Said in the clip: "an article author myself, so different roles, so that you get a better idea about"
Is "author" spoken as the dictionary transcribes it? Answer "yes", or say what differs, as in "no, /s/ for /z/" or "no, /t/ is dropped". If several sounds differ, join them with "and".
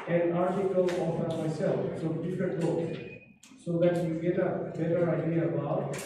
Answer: no, /f/ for /θ/